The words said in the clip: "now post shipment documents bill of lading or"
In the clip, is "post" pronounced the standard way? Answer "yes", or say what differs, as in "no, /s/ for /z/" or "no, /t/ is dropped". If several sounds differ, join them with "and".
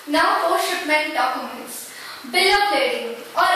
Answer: no, /s/ is dropped